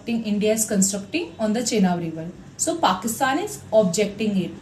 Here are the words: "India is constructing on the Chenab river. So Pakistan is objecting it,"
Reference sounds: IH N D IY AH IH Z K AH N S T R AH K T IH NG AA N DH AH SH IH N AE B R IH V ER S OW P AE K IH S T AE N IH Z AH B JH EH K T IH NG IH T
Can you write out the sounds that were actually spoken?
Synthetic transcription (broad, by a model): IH N D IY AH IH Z K AH N S T R AH K T IH NG AA N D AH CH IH N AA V R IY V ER S OW P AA K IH S T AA N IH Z AH B JH EH K T IH NG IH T